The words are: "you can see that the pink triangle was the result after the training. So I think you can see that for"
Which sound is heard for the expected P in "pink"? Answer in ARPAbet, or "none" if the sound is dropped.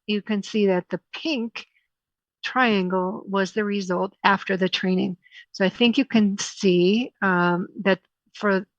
P